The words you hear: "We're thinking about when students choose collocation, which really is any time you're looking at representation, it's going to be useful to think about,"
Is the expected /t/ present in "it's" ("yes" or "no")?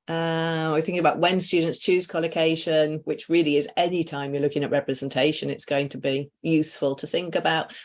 yes